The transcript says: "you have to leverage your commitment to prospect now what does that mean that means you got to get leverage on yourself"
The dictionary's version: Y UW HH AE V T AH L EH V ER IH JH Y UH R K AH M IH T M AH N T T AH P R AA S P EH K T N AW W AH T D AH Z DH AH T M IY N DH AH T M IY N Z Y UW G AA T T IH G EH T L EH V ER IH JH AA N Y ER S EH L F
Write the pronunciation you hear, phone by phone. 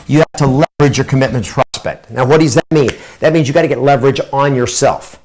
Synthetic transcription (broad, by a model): Y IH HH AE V T AH L EH V ER IH JH Y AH R K AH M IH T M AH N T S P R AA S P EH K T N AW W AH T D AH Z DH AH T M IY N DH AH T M IY N Z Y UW G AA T T IH G EH T L EH V ER IH JH N Y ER S EH L F